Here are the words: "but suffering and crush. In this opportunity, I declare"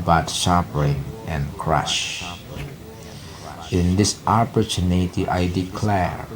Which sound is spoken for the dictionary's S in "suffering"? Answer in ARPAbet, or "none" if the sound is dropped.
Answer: SH